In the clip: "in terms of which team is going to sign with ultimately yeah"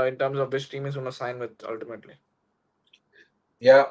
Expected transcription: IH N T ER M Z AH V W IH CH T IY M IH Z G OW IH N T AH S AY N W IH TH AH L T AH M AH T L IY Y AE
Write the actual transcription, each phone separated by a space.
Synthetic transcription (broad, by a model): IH N T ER M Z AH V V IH S T IY M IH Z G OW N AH S AY N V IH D AH L T AH M AH T L IY Y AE